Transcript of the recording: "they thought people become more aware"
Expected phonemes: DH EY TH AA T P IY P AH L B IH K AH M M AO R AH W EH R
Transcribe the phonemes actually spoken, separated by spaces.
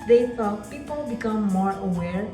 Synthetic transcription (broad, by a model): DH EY S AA P IY P AH L B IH K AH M M AO R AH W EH R